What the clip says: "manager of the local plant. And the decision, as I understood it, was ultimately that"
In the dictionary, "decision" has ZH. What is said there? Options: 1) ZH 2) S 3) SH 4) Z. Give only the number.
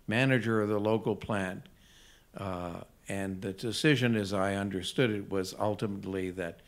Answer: 1